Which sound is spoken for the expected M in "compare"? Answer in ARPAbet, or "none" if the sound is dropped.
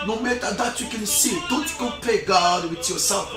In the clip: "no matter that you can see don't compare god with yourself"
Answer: none